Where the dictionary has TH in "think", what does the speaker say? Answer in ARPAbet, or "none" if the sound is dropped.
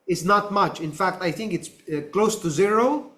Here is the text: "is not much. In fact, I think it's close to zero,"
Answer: TH